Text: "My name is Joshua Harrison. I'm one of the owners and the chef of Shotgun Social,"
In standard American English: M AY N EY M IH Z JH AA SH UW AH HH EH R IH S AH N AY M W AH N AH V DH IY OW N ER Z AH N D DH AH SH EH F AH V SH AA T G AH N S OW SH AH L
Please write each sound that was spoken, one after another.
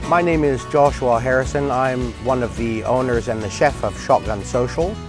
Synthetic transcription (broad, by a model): M AY N EY M IH Z JH AA SH UW AH HH EH R IH S AH N AY M W AH N AH V DH IY OW N ER Z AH N DH AH SH EH F AH V SH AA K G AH N S OW SH L